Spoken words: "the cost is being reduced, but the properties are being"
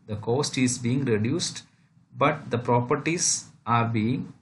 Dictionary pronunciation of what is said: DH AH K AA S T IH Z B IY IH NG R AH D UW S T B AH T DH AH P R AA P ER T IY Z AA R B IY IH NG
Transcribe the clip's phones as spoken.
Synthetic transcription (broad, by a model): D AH K AA S T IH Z B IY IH NG R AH D UW S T B AH T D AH P R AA P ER T IY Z AA R B IY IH NG